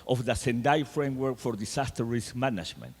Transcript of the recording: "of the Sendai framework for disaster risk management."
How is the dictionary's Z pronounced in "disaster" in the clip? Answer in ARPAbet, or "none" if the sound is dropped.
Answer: S